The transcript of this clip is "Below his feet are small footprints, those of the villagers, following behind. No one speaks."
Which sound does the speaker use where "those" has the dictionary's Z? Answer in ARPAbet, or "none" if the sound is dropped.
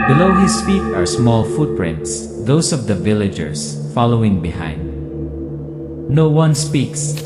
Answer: S